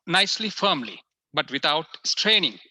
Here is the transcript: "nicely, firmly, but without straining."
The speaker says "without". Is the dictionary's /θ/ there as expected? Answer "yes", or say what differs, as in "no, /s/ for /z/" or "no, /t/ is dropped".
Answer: no, /t/ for /θ/